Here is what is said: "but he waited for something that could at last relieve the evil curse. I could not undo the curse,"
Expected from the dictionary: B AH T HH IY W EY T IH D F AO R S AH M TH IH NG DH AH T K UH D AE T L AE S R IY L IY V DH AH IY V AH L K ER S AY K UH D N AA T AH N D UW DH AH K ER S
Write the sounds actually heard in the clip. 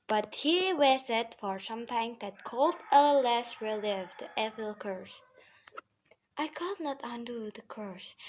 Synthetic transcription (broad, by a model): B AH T HH IY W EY S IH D F AO R S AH M T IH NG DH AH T K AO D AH L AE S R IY L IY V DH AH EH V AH L K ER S AY K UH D N AA T AH N D UW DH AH K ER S